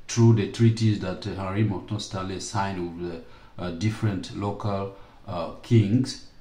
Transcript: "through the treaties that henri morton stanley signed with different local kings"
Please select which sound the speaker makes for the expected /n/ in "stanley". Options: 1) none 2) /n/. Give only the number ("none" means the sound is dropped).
1